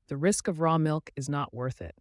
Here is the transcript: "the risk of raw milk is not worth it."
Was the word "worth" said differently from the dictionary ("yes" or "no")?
no